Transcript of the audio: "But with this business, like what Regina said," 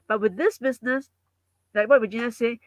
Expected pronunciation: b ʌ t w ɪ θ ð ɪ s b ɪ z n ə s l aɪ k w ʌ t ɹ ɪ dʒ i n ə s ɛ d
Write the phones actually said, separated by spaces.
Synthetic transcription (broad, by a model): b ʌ t w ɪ ð ɪ s b ɪ z n ə s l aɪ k w ʌ t w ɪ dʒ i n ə s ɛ